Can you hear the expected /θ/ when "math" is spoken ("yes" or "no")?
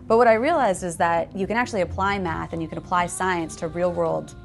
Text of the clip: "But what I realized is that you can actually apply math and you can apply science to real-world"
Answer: yes